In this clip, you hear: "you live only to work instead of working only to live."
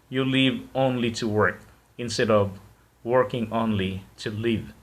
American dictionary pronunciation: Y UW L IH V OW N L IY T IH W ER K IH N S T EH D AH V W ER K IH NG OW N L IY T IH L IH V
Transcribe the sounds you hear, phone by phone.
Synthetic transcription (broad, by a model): Y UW L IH V OW N L IY T IH W ER K IH N S T EH D AH V W ER K IH NG OW N L IY T IH L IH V